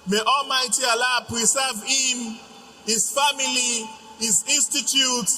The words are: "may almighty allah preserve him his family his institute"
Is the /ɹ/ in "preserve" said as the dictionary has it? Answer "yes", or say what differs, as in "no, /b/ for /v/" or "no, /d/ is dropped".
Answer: no, /w/ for /ɹ/